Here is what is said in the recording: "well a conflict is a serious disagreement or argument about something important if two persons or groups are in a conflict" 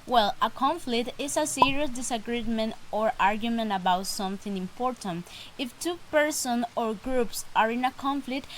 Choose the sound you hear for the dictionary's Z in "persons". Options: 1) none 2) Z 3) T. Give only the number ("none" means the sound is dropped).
1